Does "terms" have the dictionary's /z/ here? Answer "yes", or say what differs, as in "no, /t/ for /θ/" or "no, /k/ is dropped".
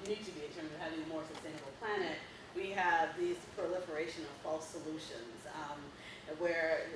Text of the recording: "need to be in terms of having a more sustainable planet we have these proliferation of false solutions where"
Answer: yes